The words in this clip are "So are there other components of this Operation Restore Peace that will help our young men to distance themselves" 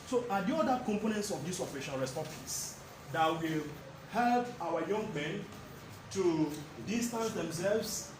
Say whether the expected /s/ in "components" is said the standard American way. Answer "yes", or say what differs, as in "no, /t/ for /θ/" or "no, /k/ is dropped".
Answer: yes